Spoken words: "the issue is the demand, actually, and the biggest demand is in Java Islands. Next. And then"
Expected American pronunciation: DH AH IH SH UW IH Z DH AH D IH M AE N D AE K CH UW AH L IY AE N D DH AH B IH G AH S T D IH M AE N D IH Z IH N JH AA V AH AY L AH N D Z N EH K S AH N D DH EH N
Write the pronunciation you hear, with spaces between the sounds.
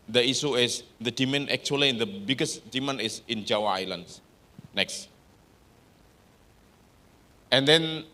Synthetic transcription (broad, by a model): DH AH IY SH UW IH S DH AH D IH M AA N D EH K CH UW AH L IY N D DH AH B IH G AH S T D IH M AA N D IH S IH N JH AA W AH AY L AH N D S N EH K S AH N D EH N